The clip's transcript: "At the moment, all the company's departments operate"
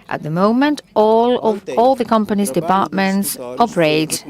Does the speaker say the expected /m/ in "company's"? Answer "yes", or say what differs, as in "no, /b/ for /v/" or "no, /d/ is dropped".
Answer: yes